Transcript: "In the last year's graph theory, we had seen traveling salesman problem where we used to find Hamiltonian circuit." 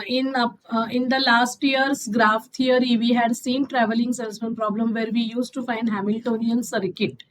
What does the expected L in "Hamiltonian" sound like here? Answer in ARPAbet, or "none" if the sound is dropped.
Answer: L